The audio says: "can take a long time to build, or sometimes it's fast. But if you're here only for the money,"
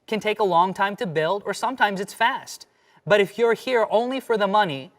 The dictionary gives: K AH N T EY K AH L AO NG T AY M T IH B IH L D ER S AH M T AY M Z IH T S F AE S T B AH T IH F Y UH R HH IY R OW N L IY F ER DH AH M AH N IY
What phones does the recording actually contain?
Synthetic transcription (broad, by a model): K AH N T EY K AH L AO NG T AY M T IH B IH L D ER S AH M T AY M Z IH T S F AE S T B AH T IH F Y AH R HH IY R OW N L IY F ER DH AH M AH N IY